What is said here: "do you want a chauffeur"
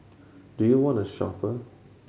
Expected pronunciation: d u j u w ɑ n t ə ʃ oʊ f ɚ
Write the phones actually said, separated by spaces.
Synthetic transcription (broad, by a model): d u j u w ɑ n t ə ʃ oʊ p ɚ